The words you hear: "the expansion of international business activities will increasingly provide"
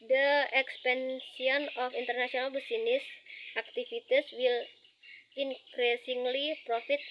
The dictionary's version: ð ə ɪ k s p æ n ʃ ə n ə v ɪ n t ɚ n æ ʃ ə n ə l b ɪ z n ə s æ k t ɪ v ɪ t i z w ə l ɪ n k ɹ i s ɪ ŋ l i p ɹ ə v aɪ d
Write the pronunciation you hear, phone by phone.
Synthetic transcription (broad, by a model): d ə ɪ k s p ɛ n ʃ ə n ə f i n t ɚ n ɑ s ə n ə l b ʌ s n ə s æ k t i f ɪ t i s w ə l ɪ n k ɹ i s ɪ ŋ l i p ɹ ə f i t